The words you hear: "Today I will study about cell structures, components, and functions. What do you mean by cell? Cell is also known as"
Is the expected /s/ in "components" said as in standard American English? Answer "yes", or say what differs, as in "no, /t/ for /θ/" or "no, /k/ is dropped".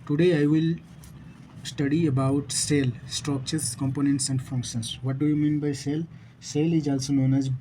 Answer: yes